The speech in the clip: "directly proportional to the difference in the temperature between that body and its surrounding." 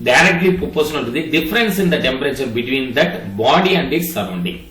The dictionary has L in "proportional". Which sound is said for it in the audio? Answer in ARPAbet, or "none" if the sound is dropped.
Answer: N